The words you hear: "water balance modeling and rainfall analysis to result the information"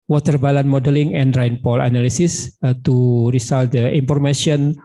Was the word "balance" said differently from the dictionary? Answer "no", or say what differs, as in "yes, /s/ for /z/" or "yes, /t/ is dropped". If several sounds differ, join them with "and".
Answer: yes, /s/ is dropped